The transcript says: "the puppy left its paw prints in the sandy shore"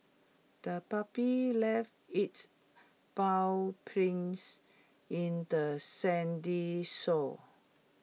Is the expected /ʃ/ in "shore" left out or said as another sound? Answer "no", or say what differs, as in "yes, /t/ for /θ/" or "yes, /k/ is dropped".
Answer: yes, /s/ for /ʃ/